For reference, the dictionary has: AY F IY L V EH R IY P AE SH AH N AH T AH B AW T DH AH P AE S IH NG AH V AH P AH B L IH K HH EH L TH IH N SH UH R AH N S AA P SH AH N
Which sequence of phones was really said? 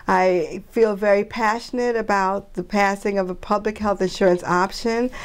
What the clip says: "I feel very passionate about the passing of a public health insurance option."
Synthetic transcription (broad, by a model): AY F IY L V EH R IY P AE SH AH N AH T AH B AW T DH AH P AE S IH NG AH V AH P AH B L IH K HH EH L TH IH N SH UH R AH N S AA P SH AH N